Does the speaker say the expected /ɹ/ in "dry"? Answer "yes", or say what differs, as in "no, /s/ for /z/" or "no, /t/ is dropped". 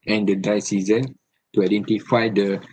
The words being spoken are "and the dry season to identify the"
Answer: no, /ɹ/ is dropped